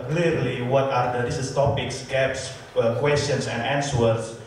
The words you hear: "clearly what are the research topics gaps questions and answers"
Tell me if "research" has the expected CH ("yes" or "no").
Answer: no